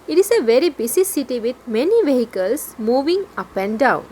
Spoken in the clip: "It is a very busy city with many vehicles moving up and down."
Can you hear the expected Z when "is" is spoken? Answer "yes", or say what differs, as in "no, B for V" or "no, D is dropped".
no, S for Z